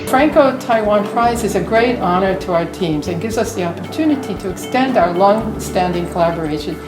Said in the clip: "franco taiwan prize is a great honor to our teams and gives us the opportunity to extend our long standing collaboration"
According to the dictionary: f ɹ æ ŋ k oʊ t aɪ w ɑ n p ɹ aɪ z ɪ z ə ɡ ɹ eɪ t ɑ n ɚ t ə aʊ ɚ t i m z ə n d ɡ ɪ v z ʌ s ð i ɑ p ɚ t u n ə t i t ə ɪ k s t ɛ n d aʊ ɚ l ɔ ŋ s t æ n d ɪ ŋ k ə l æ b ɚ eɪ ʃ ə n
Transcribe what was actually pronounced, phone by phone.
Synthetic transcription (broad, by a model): f ɹ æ ŋ k oʊ t aɪ w ɑ n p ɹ aɪ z ɪ z ə ɡ ɹ eɪ t ɑ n ɚ t ə aʊ ɚ t i m z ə n ɡ ɪ v z ʌ s ð i ɑ p ɚ t u n ə t i t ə ɪ k s t ɛ n d aʊ ɚ l ɔ ŋ s t æ n d ɪ ŋ k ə l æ b ɚ eɪ ʃ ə n